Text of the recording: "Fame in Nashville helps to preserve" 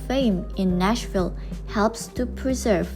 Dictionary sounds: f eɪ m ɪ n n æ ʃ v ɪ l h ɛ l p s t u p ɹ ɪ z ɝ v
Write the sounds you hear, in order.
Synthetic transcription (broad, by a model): f eɪ m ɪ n n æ ʃ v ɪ l h ɛ l p s t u p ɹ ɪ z ɝ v